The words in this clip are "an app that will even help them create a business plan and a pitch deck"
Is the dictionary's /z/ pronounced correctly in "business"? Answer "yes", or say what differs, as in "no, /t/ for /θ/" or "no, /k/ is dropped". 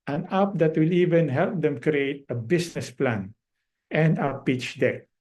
no, /s/ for /z/